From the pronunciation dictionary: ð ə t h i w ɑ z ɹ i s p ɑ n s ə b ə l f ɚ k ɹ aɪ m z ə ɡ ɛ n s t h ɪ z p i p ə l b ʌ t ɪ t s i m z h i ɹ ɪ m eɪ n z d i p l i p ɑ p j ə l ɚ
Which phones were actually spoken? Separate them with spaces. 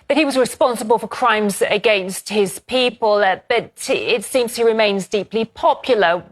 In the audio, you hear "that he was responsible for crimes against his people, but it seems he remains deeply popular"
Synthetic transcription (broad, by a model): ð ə t h i w ɑ z ɹ i s p ɑ n s ə b ə l f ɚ k ɹ aɪ m z ə ɡ ɛ n s t h ɪ z p i p ə l b ʌ t ɪ t s i m z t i ɹ ɪ m eɪ n z d i p l i p ɑ p j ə l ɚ